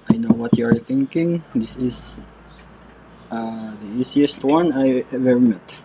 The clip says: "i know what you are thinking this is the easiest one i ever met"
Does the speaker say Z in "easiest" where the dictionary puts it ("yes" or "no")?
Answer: no